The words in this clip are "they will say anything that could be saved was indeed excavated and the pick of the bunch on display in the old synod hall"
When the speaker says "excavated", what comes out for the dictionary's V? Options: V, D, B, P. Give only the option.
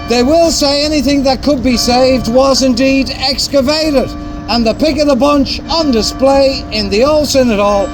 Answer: V